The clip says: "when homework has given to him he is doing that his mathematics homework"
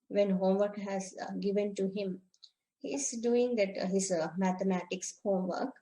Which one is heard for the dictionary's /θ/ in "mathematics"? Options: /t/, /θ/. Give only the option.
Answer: /t/